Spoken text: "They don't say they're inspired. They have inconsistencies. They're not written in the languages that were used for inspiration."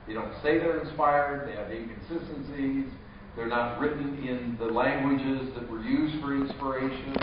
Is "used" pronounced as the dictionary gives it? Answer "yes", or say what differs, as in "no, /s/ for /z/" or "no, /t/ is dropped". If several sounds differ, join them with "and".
yes